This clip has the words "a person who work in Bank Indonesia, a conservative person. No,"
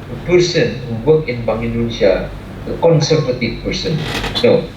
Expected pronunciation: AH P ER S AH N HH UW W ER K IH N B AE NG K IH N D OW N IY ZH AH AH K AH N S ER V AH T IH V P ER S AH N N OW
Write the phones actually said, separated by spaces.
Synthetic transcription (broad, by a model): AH P ER S AH N HH UW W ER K IH N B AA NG IH N D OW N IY S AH AH K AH N S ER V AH T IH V P ER S AH N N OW